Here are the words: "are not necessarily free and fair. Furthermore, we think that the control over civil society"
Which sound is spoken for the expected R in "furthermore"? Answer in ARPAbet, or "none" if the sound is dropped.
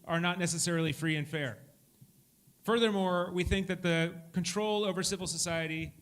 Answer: R